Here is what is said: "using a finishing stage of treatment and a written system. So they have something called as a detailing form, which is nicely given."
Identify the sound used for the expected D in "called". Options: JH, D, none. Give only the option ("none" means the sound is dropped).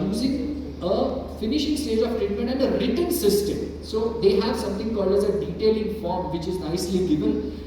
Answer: none